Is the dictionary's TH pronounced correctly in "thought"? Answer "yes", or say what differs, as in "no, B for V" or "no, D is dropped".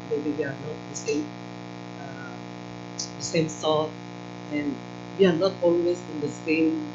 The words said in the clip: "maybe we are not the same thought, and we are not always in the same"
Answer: no, S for TH